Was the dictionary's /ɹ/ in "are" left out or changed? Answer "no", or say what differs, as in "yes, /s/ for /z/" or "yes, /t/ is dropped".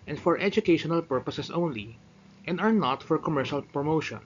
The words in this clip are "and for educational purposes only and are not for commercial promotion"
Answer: no